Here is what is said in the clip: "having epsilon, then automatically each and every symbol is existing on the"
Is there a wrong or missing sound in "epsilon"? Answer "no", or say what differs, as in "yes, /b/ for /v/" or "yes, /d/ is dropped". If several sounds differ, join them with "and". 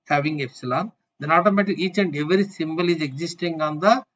no